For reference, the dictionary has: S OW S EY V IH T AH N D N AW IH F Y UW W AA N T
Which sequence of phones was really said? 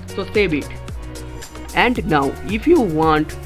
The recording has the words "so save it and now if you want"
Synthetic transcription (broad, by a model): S OW S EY B IH T AH N D N AW IH F Y UW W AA N T